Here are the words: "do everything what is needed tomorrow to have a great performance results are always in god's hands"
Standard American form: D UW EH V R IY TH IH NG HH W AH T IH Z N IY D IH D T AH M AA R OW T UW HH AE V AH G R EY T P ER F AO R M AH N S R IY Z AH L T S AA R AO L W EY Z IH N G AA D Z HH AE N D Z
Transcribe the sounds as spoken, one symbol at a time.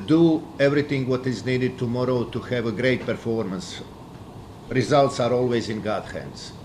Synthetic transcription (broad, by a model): D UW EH V R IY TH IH NG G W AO T IH Z N IY D IH D T AH M AA R OW T UW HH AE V AH G R EY T P ER F AO R M AH N S R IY Z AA L T S AA R AO L W EY Z IH N G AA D HH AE N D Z